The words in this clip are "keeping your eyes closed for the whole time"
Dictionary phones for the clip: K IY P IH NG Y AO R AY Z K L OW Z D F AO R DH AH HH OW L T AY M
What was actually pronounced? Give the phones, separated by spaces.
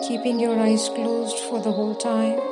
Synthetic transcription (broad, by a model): K IY P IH NG Y AO R AY Z K L OW Z D F AO R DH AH HH OW L T AY M